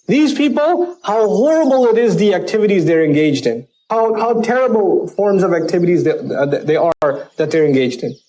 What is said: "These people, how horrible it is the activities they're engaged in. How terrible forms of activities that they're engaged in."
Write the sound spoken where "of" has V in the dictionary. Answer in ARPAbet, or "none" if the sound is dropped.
V